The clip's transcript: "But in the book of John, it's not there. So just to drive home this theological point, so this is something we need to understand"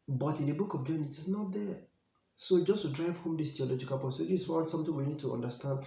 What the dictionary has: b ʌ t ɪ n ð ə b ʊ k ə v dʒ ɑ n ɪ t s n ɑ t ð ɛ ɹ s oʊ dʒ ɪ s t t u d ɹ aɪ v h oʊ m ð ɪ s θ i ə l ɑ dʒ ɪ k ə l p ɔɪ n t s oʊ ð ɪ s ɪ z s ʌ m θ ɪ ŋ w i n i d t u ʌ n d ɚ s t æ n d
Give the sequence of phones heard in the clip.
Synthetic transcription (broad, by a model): b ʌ t ɪ n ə b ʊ k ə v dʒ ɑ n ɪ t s n ɑ t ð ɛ s oʊ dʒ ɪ s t t u d ɹ aɪ v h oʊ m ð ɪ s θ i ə l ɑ dʒ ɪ k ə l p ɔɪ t s oʊ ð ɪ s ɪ s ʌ m t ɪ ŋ w i n i d t u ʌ n d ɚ s t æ n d